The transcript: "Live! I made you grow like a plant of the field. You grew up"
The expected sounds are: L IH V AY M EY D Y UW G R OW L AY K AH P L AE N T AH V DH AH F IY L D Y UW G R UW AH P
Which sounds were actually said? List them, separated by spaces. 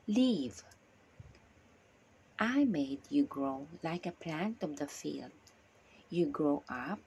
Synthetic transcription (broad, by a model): L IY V AY M EY D Y UW G R OW L AY K AH P L AE N T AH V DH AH F IY L D Y UW G R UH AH P